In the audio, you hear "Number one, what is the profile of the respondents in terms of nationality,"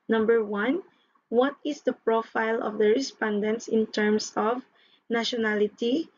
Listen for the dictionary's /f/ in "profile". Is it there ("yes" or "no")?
yes